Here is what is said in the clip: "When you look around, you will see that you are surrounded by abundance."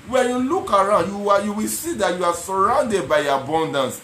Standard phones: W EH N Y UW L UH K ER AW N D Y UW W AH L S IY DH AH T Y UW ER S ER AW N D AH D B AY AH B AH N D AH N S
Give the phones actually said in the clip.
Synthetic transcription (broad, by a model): W EH N Y UW L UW K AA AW N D Y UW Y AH W S IY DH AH T Y UW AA S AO AW N D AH D B AY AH B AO N D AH N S